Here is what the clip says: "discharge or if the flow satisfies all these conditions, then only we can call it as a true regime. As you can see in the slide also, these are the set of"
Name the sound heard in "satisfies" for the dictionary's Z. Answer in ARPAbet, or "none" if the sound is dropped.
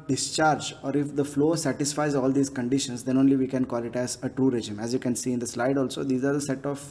Z